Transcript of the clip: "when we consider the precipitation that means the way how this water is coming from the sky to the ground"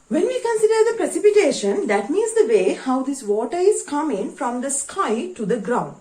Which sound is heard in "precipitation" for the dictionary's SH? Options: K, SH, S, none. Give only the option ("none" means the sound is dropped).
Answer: SH